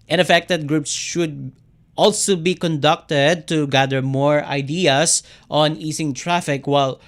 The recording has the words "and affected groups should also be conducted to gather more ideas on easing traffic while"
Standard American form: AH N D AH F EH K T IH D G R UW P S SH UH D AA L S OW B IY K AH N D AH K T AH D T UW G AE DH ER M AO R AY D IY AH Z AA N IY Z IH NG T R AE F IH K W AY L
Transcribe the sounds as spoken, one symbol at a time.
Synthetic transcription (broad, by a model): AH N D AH F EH K T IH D G R UW P S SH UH D AA L S OW B IY K AH N D AH K T AH D T UW G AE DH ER M AO R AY D IY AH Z AA N IY S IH NG T R AE F IH K W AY L